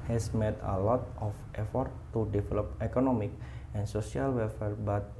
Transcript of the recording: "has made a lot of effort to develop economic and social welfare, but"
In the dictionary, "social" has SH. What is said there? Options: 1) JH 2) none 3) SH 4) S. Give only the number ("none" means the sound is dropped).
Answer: 4